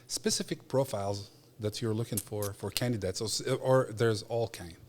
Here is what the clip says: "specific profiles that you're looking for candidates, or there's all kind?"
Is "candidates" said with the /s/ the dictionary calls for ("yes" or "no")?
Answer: yes